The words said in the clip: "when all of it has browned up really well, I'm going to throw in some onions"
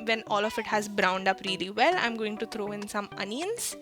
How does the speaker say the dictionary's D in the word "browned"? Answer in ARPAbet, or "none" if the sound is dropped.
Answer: D